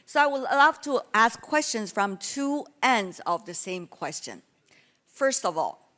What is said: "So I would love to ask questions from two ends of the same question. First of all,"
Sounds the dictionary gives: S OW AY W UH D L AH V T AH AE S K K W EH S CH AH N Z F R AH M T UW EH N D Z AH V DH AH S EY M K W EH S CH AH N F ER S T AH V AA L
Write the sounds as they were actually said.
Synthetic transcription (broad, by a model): S OW AY W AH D L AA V T AH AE S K K W EH S CH AH N Z F R AH M T UW EH N D Z AH V DH AH S EY M K W EH S CH AH N F ER S T AH V AA L